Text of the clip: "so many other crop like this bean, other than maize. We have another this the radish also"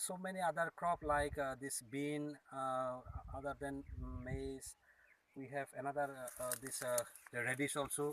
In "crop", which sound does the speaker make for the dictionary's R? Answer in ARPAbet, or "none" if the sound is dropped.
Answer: R